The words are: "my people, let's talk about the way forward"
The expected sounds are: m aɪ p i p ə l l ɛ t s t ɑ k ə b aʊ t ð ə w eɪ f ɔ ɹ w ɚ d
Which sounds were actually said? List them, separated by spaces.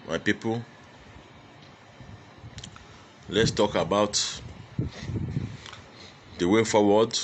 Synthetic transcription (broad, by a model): m aɪ p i p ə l l ɛ t s t ɑ k ə b aʊ t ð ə w eɪ f ɔ w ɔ d